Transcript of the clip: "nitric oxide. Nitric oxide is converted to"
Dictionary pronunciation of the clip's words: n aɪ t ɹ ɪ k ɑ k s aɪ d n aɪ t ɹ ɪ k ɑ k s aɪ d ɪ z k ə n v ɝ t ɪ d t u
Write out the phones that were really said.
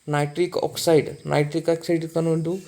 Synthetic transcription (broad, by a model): n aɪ t ɹ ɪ k ɑ k s aɪ d n aɪ t ɹ ɪ k ɑ k s aɪ d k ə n ɝ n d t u